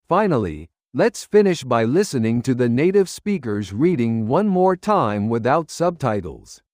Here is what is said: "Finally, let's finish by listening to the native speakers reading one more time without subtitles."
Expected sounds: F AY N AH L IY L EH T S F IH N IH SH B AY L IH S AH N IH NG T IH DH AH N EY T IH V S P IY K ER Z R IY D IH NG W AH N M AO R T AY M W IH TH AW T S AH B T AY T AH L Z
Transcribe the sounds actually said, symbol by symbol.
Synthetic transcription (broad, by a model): F AY N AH L IY L EH T S F IH N IH SH B AY L IH S AH N IH NG T IH DH AH N EY T IH V S P IY K ER Z R IY D IH NG W AH N M AO R T AY M W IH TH AW T S AH B T AY T L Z